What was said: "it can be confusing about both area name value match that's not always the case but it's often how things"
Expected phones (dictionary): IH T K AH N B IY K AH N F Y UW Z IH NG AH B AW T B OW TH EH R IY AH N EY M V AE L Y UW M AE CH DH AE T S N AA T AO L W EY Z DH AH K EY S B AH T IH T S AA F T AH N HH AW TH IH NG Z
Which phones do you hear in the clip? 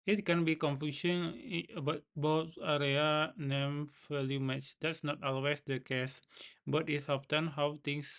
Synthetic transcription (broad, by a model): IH T K AH N B IY K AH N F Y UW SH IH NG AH B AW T B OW T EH R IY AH N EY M F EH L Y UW M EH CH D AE T S N AA T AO L W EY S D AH K EY S B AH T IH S AA F T AH N HH AW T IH NG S